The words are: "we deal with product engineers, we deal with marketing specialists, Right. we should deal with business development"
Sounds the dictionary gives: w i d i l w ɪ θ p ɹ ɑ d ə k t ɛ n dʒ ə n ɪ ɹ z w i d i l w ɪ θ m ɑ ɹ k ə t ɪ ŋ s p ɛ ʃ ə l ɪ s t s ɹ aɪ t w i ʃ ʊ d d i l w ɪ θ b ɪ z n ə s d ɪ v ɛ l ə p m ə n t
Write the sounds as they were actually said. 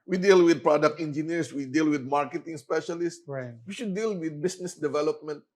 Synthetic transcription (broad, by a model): w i d i l w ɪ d p ɹ ɑ d ə k t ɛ n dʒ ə n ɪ ɹ s w i d i l w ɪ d m ɑ ɹ k ə t ɪ ŋ s p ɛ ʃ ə l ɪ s s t w i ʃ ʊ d d i l w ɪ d b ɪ s n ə s d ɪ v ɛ l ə p m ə n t